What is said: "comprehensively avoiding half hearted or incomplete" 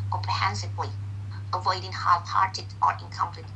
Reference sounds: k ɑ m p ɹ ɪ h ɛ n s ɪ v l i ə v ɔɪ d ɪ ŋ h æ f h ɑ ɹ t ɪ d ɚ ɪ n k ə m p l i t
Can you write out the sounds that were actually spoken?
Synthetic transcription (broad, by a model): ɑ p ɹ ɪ h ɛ n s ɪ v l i ə v ɔɪ d ɪ ŋ h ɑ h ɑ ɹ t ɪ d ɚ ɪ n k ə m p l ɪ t